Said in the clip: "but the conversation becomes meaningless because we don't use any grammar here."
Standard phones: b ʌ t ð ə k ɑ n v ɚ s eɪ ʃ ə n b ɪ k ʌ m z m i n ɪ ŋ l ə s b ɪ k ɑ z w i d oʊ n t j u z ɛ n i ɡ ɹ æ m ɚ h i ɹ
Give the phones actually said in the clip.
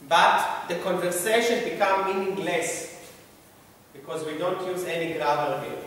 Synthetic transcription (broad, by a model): b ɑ t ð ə k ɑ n v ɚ s eɪ ʃ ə n b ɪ k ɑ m m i n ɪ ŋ l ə s b ɪ k ɑ z w i d oʊ n t j u z ɛ n i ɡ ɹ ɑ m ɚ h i